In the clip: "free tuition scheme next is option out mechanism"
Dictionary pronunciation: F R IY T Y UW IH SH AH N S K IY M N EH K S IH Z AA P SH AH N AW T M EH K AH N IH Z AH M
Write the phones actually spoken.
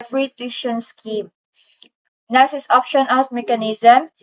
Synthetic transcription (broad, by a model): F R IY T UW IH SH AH N S K IY M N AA S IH S AA P SH AH N AW T M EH K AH N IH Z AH M